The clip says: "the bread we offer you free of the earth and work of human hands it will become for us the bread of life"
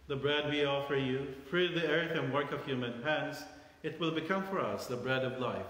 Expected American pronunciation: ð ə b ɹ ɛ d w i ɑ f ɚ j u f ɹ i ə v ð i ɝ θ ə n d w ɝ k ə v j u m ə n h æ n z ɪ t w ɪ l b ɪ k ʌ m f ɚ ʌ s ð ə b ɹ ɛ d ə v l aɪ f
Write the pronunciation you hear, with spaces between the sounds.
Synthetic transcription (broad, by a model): ð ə b ɹ ɛ d w i ɑ f ɚ j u f ɹ i ə v ð i ɝ θ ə n w ɝ k ə v j u m ə n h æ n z ɪ t w ɪ l b ɪ k ʌ m f ɚ ʌ s ð ə b ɹ ɛ d ə v l aɪ f